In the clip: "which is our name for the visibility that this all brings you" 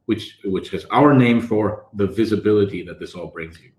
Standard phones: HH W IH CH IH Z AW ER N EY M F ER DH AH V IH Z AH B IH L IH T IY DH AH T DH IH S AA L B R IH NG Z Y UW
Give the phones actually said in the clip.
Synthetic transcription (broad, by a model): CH W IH CH IH Z AW ER N EY M F ER DH AH V IH Z AH B IH L IH T IY DH AH T DH IH S AA L B R IH NG Z Y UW